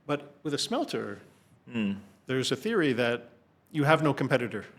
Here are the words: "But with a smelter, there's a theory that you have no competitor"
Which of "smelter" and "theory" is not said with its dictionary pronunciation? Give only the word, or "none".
none